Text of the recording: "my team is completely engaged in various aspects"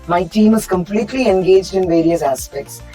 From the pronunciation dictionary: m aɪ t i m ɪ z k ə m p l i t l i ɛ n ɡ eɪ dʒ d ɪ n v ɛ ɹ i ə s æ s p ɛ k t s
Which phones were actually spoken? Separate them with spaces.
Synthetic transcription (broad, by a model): m aɪ t i m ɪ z k ə m p l i t l i ɛ n ɡ eɪ dʒ d ɪ n v ɛ ɹ i ə s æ s p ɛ k t s